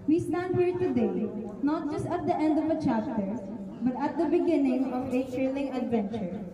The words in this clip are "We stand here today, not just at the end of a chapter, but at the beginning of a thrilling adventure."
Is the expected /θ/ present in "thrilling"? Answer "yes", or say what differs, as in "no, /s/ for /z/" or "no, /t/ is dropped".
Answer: no, /t/ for /θ/